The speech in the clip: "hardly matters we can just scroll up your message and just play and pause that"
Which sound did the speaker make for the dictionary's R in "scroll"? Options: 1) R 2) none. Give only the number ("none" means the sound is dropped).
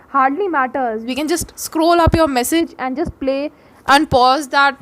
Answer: 1